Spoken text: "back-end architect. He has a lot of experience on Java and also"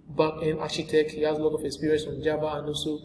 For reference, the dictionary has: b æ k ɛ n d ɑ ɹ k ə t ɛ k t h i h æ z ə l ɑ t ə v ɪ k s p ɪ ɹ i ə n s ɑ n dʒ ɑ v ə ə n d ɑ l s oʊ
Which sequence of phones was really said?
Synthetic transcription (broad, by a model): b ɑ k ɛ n ɑ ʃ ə t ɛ k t h i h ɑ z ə l ɑ t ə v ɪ k s p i ɹ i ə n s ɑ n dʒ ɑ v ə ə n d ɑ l s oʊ